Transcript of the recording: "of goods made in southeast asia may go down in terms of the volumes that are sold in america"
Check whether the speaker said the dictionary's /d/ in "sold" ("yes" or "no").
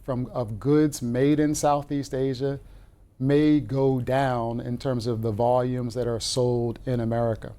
yes